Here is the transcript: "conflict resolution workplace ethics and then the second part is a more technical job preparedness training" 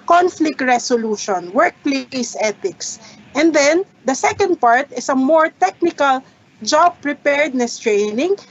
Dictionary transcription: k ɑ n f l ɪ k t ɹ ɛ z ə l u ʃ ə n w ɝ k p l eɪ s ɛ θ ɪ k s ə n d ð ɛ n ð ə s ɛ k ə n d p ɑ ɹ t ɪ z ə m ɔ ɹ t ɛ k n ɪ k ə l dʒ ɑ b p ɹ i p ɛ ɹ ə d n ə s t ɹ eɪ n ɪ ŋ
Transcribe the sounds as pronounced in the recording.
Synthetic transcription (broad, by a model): k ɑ n f l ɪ k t ɹ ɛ s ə l u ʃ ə n w ɝ k p l eɪ s ɛ t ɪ k s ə n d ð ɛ n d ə s ɛ k ə n d p ɑ ɹ t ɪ s ə m ɔ ɹ t ɛ k n ɪ k ə l dʒ ɑ b p ɹ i p ɛ ɹ d n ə s t ɹ eɪ n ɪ ŋ